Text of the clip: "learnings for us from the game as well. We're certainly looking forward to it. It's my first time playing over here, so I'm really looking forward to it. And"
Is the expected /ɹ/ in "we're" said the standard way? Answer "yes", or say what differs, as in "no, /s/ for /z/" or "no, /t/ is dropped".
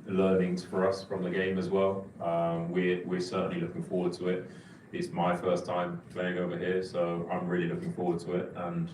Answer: no, /w/ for /ɹ/